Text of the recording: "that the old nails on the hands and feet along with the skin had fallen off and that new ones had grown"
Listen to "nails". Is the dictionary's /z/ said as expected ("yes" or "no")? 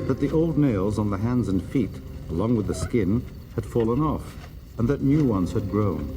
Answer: yes